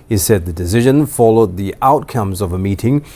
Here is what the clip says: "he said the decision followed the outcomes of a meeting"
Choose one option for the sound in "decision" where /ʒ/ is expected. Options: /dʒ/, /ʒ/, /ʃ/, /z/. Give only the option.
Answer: /ʒ/